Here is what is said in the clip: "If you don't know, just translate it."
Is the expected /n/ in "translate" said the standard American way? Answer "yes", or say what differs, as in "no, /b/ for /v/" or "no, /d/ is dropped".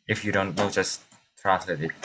no, /n/ is dropped